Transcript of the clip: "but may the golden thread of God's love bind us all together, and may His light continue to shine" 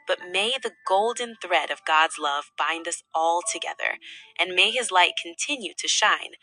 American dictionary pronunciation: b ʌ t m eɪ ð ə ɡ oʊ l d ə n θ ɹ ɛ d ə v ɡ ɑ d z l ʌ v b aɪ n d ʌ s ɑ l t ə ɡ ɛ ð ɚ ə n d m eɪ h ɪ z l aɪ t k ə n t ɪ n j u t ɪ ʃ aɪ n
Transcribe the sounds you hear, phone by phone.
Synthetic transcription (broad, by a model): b ʌ t m eɪ ð ə ɡ oʊ l d n θ ɹ ɛ d ə v ɡ ɑ d z l ʌ v b aɪ n d ʌ s ɑ l t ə ɡ ɛ ð ɚ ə n m eɪ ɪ z l aɪ t k n t ɪ n j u t ɪ ʃ aɪ n